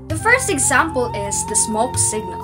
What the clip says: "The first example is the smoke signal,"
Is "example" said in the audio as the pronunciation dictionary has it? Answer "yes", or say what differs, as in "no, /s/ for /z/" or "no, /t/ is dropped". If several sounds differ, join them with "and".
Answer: yes